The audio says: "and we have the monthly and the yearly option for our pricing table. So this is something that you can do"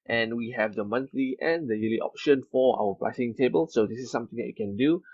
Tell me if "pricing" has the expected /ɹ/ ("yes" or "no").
no